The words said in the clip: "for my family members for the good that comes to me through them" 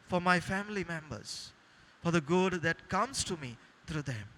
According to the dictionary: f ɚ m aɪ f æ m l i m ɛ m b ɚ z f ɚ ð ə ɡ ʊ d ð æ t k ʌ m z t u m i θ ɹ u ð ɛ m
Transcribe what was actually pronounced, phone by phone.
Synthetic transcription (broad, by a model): f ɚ m aɪ f æ m l i m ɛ m b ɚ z f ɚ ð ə ɡ ʊ d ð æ t k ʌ m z t u m i t ɹ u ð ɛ m